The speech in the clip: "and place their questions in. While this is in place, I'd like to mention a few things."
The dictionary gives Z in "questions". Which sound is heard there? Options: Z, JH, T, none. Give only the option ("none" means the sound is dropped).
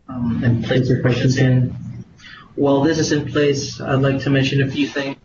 none